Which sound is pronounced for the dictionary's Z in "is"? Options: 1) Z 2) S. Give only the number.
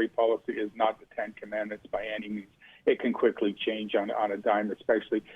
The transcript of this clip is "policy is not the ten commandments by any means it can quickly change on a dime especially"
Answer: 1